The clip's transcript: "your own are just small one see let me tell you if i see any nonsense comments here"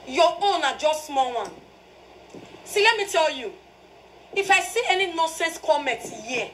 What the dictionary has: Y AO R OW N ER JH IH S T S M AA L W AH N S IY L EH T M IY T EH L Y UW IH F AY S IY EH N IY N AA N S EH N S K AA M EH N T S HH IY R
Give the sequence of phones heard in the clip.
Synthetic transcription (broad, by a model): Y AO OW N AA JH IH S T S M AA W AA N S IY L EH T M IY T EH L Y UW IH F AY S IY EH N IY N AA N S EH N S K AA M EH T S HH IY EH